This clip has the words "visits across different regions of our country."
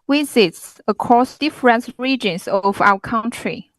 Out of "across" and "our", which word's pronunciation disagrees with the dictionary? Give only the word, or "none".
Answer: our